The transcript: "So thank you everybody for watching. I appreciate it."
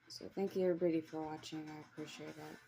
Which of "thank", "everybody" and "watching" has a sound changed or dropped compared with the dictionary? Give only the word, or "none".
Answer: everybody